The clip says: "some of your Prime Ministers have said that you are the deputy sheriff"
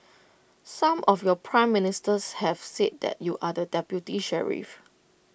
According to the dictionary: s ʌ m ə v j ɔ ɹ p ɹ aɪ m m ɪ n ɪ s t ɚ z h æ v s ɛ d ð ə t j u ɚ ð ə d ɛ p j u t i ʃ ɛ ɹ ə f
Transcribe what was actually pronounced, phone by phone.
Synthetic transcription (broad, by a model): s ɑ m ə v j ɔ p ɹ aɪ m m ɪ n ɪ s t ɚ s h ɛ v s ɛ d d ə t j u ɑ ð ə d ɛ p j u t i ʃ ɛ ɹ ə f